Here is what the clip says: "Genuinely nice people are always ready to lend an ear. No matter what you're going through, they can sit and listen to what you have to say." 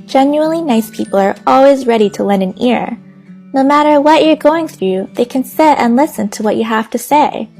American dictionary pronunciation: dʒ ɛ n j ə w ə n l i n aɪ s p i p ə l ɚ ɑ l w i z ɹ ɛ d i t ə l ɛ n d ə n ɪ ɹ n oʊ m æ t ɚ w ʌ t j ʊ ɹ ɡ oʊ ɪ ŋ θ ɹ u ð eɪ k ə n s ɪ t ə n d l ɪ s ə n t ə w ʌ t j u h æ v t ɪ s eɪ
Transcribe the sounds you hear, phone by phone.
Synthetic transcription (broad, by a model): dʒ ɛ n j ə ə n l i n aɪ s p i p l ɚ ɑ l w i z ɹ ɛ d i t ə l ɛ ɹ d ə n ɪ ɹ n oʊ m æ t ɚ w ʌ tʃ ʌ ɹ ɡ oʊ ɪ ŋ θ ɹ u ð eɪ k ə n s ɪ t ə n l ɪ s ə n t ə w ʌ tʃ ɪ h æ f t ɪ s eɪ